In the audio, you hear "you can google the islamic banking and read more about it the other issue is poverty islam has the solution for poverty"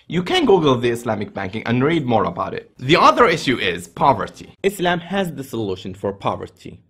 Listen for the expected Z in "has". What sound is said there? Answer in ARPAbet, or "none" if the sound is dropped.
Z